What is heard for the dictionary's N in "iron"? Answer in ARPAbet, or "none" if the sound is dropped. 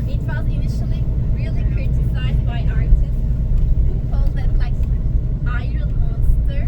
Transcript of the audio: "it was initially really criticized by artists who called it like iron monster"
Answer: L